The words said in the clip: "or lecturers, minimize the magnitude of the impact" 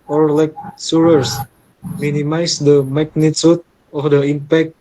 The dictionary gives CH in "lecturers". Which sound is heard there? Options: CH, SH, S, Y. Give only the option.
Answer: S